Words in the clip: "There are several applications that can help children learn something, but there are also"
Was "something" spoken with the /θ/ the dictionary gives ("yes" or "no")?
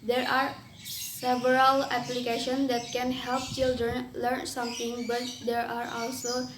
no